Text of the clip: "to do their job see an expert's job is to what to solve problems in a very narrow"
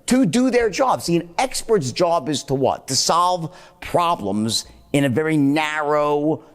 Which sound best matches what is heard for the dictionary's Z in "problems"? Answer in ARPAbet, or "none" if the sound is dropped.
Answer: Z